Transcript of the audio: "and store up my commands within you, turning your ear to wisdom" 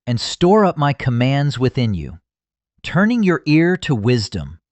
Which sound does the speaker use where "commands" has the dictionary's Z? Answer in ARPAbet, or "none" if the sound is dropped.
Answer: Z